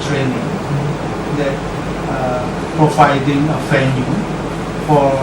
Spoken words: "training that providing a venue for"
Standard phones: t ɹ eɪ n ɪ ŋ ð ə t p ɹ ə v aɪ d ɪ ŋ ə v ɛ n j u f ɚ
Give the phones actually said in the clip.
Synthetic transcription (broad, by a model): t ɹ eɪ n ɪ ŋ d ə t p ɹ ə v aɪ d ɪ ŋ ə f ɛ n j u f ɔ